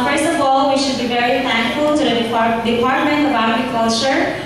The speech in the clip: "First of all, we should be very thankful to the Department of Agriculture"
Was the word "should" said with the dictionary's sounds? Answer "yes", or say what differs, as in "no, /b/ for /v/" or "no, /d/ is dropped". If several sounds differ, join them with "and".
yes